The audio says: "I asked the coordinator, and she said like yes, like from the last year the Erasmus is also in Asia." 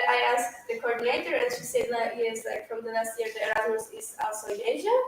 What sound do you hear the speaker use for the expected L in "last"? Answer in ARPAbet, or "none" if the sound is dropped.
N